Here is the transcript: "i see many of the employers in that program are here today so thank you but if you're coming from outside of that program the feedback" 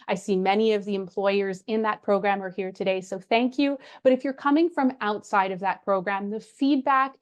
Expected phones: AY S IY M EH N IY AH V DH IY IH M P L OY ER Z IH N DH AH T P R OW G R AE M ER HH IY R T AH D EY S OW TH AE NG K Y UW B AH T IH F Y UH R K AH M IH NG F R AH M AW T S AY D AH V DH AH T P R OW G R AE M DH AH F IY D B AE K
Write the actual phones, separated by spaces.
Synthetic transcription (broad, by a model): AY S IY M EH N IY AH V DH IY IH M P L OY ER Z IH N DH AH T P R OW G R AE M ER HH IY R T AH D EY S OW TH AE NG K Y UW B AH T IH F Y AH R K AH M IH NG F R AH M AW T S AY D AH V DH AH T P R OW G R AE M DH AH F IY D B AE K